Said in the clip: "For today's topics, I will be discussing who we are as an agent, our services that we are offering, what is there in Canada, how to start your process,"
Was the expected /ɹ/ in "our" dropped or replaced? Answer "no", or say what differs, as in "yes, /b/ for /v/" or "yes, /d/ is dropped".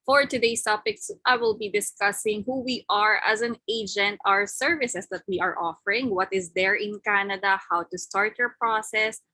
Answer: no